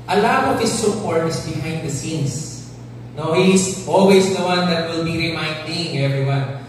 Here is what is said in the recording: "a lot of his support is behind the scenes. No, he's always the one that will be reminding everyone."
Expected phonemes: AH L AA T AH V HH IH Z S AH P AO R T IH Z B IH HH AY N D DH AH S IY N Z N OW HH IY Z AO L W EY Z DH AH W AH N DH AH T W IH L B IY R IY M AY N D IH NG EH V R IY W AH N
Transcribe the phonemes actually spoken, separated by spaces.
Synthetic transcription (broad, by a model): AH L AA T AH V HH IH S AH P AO R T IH S B IH HH AY N D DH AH S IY N S N OW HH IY S AO L W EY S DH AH W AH N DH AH T W IH L B IY R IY M AY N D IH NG EH V R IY W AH N